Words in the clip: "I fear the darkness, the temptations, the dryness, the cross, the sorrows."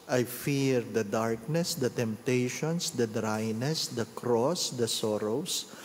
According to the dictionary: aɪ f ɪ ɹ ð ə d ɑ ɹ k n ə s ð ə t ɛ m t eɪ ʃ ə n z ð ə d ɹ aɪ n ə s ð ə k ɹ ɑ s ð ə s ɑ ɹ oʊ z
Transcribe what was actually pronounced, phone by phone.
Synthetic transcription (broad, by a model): aɪ f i ɹ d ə d ɑ ɹ k n ə s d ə t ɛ m t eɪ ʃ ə n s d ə d ɹ aɪ n ə s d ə k ɹ ɑ s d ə s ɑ ɹ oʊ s